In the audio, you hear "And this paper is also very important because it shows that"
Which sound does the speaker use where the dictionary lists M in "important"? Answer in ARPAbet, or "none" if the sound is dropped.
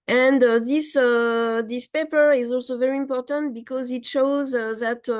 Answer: M